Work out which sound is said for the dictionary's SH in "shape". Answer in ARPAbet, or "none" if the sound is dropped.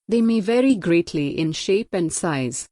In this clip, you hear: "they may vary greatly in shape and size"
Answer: SH